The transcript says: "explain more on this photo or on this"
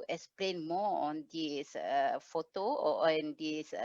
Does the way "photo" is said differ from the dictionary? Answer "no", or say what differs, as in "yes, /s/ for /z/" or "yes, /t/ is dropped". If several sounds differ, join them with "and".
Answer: no